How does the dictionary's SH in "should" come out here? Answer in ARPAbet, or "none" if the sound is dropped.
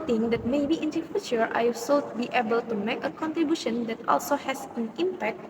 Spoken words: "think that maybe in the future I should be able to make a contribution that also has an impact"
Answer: S